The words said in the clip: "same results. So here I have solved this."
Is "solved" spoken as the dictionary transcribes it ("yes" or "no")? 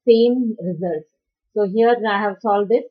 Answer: no